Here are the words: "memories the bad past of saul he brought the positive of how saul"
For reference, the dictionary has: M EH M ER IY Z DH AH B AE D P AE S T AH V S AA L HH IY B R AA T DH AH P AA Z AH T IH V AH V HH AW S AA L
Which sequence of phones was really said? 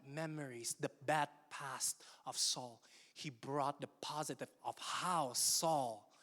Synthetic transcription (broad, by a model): M EH M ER IY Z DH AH B AE D P AE S T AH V S AA L HH IY B R AA T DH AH P AA Z AH T IH V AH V HH AW S AA L